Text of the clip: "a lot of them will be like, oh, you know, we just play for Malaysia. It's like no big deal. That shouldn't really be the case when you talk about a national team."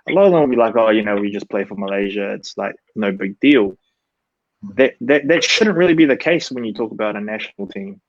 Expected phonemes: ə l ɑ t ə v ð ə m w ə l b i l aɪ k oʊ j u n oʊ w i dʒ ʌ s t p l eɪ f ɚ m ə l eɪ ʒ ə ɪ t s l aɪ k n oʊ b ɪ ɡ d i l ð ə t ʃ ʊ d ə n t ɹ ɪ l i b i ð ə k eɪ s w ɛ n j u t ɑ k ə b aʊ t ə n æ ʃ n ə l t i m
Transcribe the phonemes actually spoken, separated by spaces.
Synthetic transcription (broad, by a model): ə l ɑ t ə v ð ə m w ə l b i l aɪ k oʊ j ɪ n oʊ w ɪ dʒ ʌ s p l eɪ f ɚ m ə l eɪ ʒ ə ɪ t s l aɪ k n oʊ b ɪ ɡ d i l ð ə t ʃ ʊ d n t ɹ ɪ l i b i ð ə k eɪ s w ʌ n j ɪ t ɑ k ə b aʊ t ə n æ ʃ n l t i m